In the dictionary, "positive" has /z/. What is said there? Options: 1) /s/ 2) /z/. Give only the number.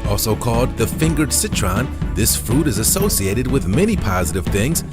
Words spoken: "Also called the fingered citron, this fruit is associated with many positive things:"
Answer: 2